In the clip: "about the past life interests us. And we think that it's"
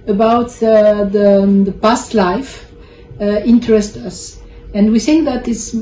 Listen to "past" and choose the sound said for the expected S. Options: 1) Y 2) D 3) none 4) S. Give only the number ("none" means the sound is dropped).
4